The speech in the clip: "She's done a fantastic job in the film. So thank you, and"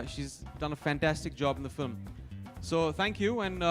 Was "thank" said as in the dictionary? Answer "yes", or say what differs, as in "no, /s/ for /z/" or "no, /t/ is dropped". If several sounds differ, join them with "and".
yes